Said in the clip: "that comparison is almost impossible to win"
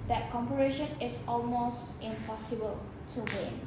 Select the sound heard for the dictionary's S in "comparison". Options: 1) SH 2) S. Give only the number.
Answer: 1